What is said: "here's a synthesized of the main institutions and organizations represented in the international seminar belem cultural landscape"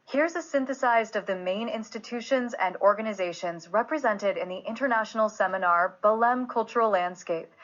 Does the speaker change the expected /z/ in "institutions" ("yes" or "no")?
no